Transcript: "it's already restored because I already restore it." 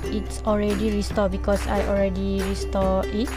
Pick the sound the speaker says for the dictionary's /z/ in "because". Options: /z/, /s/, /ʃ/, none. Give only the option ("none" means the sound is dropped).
/s/